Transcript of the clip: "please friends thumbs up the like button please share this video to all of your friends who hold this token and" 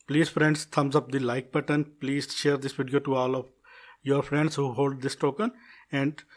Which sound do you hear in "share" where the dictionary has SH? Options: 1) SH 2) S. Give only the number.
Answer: 1